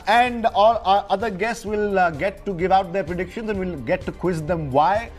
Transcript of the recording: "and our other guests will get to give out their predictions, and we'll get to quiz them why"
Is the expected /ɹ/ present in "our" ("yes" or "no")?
no